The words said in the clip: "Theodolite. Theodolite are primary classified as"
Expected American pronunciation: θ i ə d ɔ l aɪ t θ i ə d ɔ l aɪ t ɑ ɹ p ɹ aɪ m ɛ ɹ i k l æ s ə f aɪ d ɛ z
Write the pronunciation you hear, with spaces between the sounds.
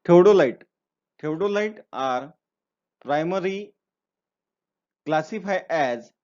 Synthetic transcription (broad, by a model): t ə d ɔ l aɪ t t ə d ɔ l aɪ t ɑ ɹ p ɹ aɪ m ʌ ɹ i k l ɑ s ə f aɪ ɛ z